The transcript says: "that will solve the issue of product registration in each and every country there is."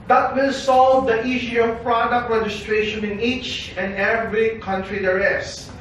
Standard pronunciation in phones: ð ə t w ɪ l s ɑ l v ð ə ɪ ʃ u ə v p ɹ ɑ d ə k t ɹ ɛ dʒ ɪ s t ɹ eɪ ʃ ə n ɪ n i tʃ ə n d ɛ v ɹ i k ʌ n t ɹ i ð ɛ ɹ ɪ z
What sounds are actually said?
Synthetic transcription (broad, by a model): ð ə t w ɪ l s ɑ l v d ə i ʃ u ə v p ɹ ɑ d ə k t ɹ ɛ dʒ ɪ s t ɹ eɪ ʃ ə n ɪ n i tʃ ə n ɛ v ɹ i k ʌ n t ɹ i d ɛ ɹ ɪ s